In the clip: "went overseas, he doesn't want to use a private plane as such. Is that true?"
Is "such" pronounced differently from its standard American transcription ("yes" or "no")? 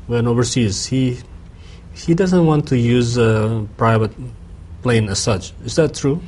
no